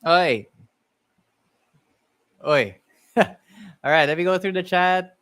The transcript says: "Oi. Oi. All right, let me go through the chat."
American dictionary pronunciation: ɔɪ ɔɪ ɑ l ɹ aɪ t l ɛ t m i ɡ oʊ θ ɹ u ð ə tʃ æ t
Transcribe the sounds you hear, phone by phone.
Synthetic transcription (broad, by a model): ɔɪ ɔɪ ɑ l ɹ aɪ t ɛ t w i ɡ oʊ θ ɹ u ð ə tʃ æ t